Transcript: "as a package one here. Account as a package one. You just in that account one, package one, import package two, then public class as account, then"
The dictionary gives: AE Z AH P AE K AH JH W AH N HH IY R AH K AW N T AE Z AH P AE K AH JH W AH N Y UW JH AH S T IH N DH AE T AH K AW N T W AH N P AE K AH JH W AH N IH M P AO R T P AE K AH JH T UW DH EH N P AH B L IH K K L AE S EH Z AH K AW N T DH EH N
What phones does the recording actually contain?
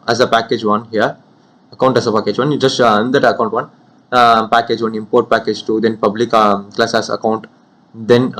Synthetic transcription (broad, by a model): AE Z AH P AE K AH JH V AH N HH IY R AH K AW N T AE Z AH P AE K AH JH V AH N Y JH AH S T IH N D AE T AH K AW N T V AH N P AE K AH JH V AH N IH M P AO R T P AE K AH JH T UW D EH N P AH B L IH K K L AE S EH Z AH K AW N T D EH N